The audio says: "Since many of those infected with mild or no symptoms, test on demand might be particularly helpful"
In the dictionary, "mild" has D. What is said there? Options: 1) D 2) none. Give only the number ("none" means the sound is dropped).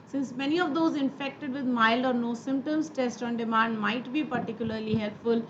1